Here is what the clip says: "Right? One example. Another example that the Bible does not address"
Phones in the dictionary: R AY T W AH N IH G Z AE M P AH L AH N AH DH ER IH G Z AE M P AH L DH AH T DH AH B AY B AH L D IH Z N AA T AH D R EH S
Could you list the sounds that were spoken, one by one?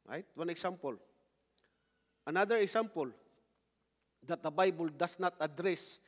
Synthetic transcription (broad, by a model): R AY T W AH N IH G S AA M P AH L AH N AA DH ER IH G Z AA M P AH L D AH T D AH B AY B AH L D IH S N AA T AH D R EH S